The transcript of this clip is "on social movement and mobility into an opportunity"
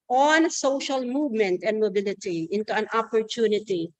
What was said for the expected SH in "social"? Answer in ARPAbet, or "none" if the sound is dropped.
SH